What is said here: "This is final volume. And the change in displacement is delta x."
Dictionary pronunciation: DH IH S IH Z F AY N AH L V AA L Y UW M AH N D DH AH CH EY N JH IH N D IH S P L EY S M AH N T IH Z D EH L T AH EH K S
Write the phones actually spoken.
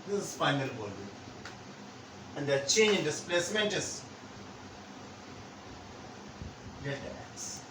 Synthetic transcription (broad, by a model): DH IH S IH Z F AY N AH L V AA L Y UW AH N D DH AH CH EY N JH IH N D IH S P L EY S M AH N T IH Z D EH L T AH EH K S